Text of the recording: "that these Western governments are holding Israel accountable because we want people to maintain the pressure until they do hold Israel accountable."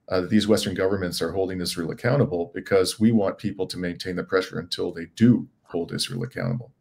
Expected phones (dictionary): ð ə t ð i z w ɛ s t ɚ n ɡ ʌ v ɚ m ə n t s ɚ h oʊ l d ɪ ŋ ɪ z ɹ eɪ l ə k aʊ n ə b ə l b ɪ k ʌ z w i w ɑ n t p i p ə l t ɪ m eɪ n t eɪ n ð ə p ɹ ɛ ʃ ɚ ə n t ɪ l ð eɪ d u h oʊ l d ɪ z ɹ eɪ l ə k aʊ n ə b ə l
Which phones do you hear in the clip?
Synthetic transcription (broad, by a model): ð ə t ð i z w ɛ s t ɚ n ɡ ʌ v ɚ m ə n t s ɚ h oʊ l d ɪ ŋ ɪ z ɹ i l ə k aʊ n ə b l b ɪ k ʌ z w i w ɑ n p i p l t ɪ m eɪ n t eɪ n ð ə p ɹ ɛ ʃ ɚ ə n t ɪ l ð eɪ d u h oʊ l d ɪ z ɹ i l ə k aʊ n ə b l